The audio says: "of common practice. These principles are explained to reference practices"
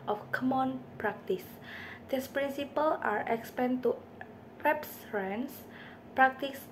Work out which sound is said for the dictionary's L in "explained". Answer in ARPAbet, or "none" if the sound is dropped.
none